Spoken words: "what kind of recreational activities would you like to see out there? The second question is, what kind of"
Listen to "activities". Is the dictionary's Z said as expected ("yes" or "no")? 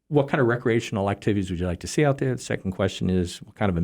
yes